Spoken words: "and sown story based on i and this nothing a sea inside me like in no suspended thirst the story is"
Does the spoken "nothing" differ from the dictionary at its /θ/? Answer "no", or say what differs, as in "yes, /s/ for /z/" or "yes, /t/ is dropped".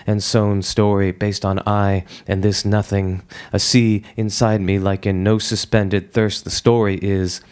no